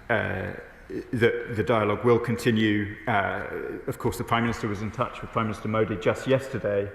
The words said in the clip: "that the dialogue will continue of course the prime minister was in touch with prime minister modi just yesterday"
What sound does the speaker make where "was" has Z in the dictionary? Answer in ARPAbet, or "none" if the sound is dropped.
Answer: Z